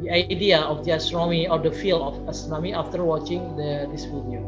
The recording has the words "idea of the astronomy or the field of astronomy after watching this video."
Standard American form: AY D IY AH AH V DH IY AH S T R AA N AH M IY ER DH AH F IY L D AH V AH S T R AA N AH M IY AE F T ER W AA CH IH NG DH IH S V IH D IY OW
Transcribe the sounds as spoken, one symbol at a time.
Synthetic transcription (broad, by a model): AY D IY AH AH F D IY AH S T R AA N AH M IY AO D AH F IY L AH F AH S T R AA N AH M IY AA F T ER W AA CH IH NG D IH S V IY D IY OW